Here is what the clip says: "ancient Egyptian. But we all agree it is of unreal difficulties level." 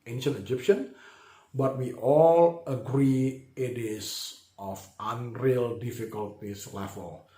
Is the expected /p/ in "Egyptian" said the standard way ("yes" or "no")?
yes